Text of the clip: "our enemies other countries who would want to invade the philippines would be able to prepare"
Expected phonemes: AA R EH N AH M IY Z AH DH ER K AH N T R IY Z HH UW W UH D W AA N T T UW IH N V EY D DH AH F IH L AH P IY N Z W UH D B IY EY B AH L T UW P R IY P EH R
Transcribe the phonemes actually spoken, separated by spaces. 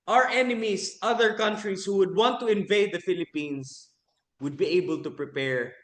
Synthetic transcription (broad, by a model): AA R EH N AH M IY S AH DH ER K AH N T R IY S HH UW W UH D W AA N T T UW IH N V EY D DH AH F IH L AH P IY N S W UH D B IY EY B AH L T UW P R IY P EH R